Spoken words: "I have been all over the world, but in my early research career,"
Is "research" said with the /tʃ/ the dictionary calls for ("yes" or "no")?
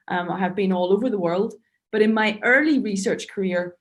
yes